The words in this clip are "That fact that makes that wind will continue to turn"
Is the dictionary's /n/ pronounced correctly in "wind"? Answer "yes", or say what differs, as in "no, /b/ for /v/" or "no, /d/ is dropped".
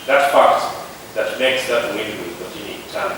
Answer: no, /n/ is dropped